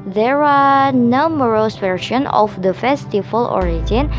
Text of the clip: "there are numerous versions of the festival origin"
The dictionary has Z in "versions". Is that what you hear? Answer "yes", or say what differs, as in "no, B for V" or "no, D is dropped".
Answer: no, Z is dropped